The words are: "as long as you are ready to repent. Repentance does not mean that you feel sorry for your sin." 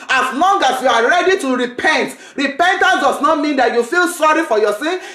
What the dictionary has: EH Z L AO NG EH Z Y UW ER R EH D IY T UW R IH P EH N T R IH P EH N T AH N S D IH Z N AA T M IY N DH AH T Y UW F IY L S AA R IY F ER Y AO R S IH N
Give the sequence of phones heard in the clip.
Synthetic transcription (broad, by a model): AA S L AO NG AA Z Y UW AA R EH D IY T UW R IH P EH N T R IH P EH N T AH N S D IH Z N AA T M IY N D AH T Y UW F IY L S AA R IY F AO Y AO S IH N